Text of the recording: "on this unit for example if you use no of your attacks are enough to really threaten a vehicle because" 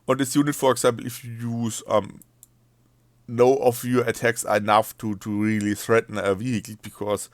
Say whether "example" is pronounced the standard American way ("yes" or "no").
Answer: no